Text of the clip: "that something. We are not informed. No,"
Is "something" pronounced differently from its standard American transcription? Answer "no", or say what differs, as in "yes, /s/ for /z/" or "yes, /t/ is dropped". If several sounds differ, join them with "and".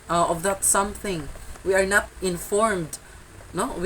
no